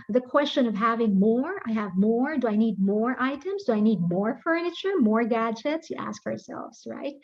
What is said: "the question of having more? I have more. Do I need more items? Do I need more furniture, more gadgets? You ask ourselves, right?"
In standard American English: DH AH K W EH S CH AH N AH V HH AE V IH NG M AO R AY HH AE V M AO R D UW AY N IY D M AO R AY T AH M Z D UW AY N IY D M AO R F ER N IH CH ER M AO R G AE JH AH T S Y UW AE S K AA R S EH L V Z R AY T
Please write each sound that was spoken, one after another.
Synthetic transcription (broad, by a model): DH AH K W EH S CH AH N AH V HH AE V IH NG M AO R AY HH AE V M AO R D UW AY N IY D M AO R AY T AH M Z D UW AY N IY D M AO R F ER N IH CH ER M AO R G AE JH AH T S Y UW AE S K AA R S EH L V Z R AY T